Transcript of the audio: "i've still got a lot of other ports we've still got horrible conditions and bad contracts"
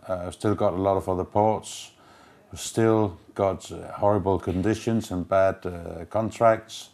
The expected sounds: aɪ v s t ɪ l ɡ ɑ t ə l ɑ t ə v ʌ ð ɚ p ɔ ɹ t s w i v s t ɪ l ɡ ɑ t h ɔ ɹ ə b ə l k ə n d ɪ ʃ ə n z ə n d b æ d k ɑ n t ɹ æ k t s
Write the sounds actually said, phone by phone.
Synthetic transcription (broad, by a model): aɪ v s t ɪ l ɡ ɑ t ə l ɑ t ə v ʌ ð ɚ p ɔ ɹ t s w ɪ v s t ɪ l ɡ ɑ t h ɔ ɹ ə b ə l k ə n d ɪ ʃ ə n z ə n b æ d k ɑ n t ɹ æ k t s